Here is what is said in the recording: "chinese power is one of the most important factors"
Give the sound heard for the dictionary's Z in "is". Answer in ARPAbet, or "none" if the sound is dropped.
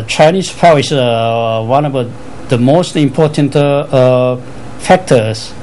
S